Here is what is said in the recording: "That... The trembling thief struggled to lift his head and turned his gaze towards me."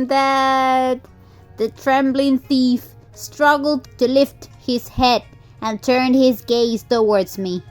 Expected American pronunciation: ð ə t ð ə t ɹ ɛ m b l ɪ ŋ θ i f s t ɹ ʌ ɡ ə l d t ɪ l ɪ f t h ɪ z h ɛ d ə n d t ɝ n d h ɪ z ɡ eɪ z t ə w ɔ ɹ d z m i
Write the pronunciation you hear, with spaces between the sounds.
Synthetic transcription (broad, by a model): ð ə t ð ə t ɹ ɛ m b l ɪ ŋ θ i f s t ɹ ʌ ɡ l d t ɪ l ɪ f t h ɪ z h ɛ d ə n t ɝ n d h ɪ z ɡ eɪ z t ə w ɔ ɹ d z m i